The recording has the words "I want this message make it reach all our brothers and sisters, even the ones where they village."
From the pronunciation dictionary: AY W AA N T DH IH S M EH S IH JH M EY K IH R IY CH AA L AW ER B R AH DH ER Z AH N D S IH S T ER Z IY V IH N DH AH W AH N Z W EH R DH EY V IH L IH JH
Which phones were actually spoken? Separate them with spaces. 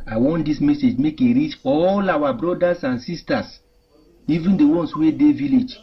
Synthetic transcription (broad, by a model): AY W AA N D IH S M EH S IH JH M EY K IH R IY CH AA L AW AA B R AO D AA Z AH N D S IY S T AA S IY V IH N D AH W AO N S W EH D EY V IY L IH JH